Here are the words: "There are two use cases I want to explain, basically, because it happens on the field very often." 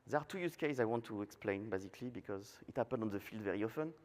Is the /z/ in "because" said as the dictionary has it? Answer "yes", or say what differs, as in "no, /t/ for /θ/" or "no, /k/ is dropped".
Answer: yes